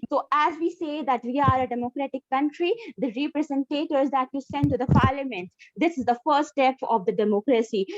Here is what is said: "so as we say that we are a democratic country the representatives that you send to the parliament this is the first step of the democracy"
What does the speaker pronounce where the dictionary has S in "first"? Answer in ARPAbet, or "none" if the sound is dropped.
none